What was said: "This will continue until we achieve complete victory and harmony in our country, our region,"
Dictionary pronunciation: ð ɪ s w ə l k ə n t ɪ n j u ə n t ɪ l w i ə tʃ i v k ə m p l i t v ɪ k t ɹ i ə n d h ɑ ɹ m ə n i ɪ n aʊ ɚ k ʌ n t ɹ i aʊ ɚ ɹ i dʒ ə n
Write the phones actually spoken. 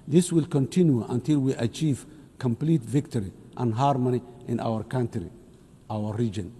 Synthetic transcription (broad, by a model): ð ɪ s w ə l k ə n t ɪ n j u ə n t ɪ l w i ə tʃ i v k ə m p l i t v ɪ k t ɹ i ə n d h ɑ ɹ m ə n i ɪ n aʊ ɚ k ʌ n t ɹ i aʊ ɚ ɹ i dʒ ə n